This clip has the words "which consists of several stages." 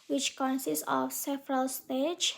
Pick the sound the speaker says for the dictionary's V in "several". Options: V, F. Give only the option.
F